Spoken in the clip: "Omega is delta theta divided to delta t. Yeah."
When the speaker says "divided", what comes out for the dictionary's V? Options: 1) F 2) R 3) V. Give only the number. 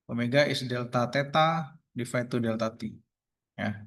1